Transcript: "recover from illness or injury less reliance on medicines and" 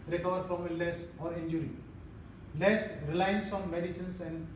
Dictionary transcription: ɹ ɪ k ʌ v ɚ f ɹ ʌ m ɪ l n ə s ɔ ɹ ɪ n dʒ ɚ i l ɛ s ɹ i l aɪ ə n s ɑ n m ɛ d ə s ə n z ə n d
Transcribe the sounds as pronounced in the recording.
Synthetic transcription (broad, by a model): ɹ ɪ k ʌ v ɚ f ɹ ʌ m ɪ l ə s ɔ ɹ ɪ n dʒ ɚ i l ɛ s ɹ i l aɪ ə n s ɑ n m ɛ d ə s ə n s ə n d